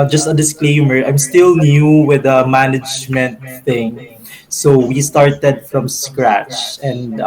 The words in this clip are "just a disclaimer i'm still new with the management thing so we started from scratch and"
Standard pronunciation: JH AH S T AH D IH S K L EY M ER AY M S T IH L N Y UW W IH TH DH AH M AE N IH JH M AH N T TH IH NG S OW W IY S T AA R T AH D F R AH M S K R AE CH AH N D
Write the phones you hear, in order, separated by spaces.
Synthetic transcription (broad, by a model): JH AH S T AH D IH S K L EY M ER AY M S T IH L N Y UW W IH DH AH M AE N IH JH M AH N T TH IH NG S OW W IY S T AA R T AH D F R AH M S K R AE CH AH N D